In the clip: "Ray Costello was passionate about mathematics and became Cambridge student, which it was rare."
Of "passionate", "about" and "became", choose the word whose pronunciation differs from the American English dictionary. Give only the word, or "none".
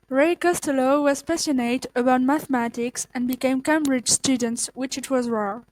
passionate